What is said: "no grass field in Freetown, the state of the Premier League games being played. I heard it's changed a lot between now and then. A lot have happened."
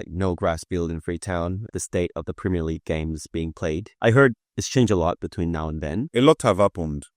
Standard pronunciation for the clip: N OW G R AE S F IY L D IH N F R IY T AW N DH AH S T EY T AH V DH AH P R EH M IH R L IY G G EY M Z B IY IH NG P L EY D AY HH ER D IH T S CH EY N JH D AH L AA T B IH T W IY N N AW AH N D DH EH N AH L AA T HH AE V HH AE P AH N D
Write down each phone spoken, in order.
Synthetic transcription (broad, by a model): N OW G R AE S F IY L D IH N F R IY T AW N DH AH S T EY T AH V DH AH P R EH M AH R L IY G G EY M Z B IY IH NG P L EY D AY HH ER D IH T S CH EY N JH AH L AA T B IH T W IY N N AW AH N DH EH N AH L AA T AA V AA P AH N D